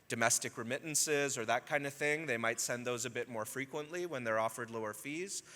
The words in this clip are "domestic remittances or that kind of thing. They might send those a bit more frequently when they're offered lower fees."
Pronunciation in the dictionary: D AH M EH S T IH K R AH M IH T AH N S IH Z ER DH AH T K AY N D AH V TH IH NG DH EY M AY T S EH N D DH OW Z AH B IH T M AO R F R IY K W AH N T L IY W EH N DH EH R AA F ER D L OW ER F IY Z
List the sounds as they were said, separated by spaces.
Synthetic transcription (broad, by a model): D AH M EH S T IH K R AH M IH T N S IH Z ER DH AH T K AY N D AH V TH IH NG DH EY M AY T S EH N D DH OW Z AH B IH T M AO R F R IY K W AH N T L IY W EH N DH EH R AA F ER D L OW ER F IY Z